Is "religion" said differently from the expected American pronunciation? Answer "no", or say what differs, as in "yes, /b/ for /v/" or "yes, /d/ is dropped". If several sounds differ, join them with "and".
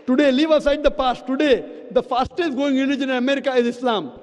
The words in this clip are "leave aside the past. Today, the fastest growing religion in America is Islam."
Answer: yes, /n/ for /l/